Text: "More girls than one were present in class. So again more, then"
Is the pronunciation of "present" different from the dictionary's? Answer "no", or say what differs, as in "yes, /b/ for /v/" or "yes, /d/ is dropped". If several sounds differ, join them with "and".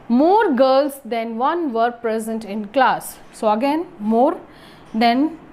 no